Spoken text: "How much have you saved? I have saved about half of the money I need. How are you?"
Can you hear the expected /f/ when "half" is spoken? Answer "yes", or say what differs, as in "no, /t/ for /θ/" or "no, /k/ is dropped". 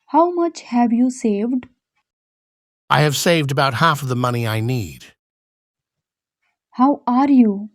yes